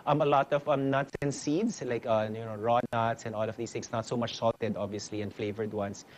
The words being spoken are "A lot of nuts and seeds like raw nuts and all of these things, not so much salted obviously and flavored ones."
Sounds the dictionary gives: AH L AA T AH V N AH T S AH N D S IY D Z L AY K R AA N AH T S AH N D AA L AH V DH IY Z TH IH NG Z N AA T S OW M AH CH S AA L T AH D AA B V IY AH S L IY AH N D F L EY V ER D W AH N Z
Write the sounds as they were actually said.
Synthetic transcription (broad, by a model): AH L AA T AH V N AH T S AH N S IY D S L AY K R AA N AH T S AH N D AA L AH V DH IY S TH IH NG S N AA T S OW M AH CH S AA L T AH D AA B V IY AH S L IY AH N F L EY V ER D W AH N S